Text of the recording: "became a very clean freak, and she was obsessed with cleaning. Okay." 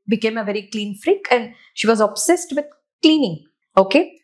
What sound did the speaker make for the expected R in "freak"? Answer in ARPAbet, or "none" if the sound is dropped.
R